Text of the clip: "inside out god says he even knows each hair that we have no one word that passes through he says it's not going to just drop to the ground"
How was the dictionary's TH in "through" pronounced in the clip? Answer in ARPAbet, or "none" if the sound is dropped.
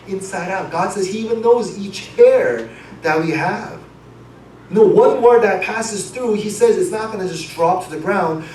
TH